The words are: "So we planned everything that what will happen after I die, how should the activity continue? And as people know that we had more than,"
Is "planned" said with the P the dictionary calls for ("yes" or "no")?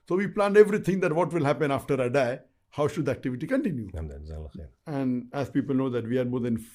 yes